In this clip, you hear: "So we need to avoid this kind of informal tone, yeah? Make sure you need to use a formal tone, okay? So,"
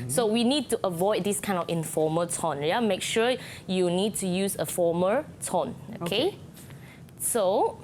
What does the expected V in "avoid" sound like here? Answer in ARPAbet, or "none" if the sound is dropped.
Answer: V